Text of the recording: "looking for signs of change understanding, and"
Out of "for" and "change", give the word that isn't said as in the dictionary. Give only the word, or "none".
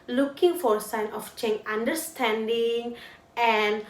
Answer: change